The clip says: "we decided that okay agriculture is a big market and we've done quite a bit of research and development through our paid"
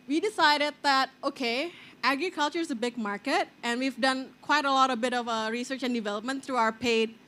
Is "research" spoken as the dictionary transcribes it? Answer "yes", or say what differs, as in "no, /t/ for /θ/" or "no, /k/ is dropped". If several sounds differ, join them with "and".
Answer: yes